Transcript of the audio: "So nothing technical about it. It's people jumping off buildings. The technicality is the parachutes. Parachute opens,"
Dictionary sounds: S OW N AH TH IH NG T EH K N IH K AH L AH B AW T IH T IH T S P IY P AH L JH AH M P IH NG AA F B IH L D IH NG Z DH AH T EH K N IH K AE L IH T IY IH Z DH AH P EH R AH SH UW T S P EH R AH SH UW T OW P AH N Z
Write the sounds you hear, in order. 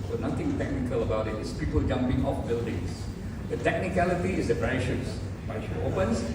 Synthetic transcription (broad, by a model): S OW N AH T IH NG T EH K N IH K AH L AH B AW T IH T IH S P IY P AH L JH AH M P IH NG AA F B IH L D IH NG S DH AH T EH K N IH K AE L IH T IY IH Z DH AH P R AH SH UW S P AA AH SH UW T OW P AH N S